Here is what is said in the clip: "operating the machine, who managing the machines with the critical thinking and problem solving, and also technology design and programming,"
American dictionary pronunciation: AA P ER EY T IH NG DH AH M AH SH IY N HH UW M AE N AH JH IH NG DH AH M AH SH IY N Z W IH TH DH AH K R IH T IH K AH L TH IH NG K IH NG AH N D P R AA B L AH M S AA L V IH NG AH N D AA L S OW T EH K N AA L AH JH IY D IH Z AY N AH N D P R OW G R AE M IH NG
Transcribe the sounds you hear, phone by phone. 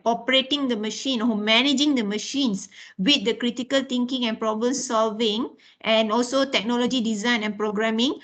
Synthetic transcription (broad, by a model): AA P ER EY T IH NG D AH M AH SH IY N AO M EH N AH JH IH NG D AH M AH SH IY N S W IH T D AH K R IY T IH K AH L T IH NG K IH NG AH N P R AA B L AH M S AA L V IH NG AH N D AA L S OW T EH K N AA L AH JH IY D IH Z AY N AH N P R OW G R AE M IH NG